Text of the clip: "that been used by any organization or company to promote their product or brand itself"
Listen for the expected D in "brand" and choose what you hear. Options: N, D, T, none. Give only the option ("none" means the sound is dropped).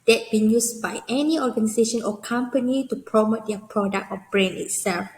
none